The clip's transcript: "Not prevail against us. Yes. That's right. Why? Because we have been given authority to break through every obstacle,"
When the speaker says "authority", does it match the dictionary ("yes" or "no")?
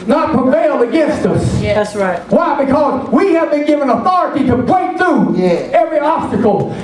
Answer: yes